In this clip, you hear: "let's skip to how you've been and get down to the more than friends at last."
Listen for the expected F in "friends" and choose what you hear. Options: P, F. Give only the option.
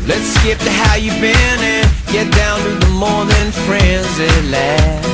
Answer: F